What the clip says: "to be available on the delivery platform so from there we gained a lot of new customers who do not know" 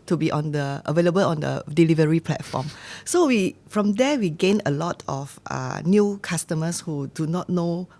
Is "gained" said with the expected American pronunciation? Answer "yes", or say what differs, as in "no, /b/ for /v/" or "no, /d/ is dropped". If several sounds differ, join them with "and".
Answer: no, /d/ is dropped